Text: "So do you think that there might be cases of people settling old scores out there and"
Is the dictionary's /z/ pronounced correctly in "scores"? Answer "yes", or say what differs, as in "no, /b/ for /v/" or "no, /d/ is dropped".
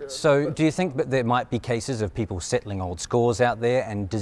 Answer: yes